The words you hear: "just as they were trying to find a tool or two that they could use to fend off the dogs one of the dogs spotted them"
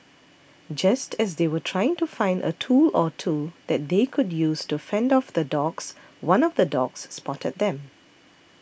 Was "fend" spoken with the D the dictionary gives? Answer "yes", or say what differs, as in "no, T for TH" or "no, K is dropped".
yes